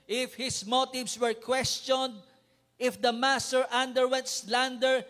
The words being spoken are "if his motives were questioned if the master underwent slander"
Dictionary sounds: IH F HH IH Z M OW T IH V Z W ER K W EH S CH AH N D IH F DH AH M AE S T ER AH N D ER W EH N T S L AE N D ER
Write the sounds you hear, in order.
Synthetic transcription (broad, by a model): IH F HH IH S M OW T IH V S W ER K W EH S CH AH N D IH F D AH M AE S T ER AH N D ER W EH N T S L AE N D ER